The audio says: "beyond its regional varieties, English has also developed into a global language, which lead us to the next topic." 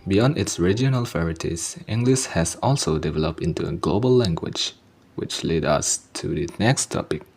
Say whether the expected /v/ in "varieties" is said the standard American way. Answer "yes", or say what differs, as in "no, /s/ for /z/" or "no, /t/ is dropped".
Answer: no, /f/ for /v/